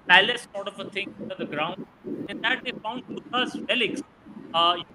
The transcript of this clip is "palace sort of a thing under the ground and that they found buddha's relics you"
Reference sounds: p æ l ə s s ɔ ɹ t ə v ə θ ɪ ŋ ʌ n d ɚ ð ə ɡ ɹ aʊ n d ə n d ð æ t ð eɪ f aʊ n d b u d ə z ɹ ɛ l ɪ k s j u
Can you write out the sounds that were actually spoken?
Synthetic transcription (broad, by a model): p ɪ l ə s s ɔ ɹ t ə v ə t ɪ ŋ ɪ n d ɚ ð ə ɡ ɹ aʊ n d ə n d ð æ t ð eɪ f aʊ n d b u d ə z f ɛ l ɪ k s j